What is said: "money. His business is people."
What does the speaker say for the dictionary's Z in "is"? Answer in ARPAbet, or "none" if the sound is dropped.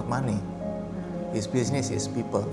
S